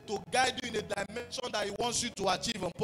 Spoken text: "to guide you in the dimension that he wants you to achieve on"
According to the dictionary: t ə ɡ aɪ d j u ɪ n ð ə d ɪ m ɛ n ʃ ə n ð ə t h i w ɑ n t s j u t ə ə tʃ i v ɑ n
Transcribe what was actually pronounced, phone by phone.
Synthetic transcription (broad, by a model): t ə ɡ aɪ d j u ɪ n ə d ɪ m ɛ n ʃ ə n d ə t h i w ɑ n t s j u t ə ə tʃ i v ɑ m